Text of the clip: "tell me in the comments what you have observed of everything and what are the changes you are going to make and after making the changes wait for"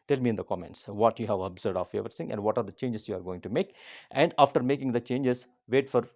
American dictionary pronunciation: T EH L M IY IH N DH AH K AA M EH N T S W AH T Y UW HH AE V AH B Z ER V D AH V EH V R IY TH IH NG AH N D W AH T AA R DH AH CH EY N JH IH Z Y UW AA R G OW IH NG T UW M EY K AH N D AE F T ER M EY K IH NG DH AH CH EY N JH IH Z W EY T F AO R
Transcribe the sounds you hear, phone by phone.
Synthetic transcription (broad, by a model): T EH L M IY IH N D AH K AA M EH N T S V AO T Y UW HH AE V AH B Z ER D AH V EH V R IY S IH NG AH N D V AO T AA R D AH CH EY N JH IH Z Y UW AA R G OW IH NG T UW M EY K AH N D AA F T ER M EY K IH NG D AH CH EY N JH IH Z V EY T F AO R